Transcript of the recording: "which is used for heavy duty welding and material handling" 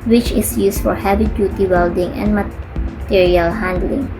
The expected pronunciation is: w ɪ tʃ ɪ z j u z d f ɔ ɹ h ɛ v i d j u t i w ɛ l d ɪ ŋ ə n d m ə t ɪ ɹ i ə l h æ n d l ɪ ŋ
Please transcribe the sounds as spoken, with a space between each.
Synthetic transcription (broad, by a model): w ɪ tʃ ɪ s j u s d f ɔ ɹ h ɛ b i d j u t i w ɛ l d ɪ ŋ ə n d m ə t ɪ ɹ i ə l h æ n d l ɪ ŋ